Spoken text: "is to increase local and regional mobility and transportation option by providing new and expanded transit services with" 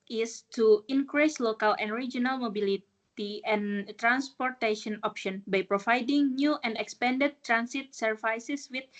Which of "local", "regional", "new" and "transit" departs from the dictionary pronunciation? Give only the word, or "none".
transit